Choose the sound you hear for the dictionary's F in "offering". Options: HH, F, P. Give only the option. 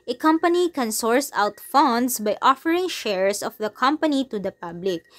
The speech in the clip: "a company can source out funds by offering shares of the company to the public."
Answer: F